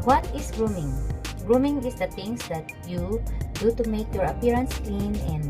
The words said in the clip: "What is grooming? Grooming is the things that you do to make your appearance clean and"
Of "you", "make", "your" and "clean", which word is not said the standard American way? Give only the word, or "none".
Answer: none